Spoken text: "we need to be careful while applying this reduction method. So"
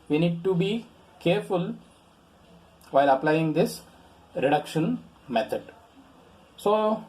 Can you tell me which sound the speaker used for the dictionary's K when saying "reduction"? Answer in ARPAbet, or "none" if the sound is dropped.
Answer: K